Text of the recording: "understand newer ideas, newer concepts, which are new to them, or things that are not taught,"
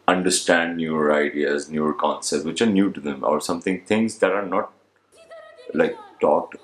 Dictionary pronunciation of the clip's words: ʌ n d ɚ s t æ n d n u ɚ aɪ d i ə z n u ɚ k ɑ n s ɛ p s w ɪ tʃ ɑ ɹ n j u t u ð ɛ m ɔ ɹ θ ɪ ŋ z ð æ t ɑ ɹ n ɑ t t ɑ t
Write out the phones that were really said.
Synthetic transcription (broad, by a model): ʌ n d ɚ s t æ n d n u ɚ aɪ d i ə z n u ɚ k ɑ n s ɛ p s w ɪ tʃ ɑ ɹ n j u t u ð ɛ m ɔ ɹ t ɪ ŋ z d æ t ɑ ɹ n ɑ t t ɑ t